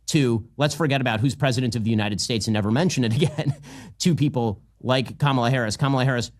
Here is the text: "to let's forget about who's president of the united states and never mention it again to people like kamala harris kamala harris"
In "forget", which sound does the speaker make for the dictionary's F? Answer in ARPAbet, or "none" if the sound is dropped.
F